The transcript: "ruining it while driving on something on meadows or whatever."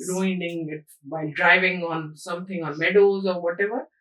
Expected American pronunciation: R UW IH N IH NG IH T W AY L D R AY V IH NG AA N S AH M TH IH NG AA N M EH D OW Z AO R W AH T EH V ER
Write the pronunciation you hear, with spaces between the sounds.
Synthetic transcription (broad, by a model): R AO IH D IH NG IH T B AY D R AY V IH NG AA N S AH M T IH NG AA N M EH D OW Z AO R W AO T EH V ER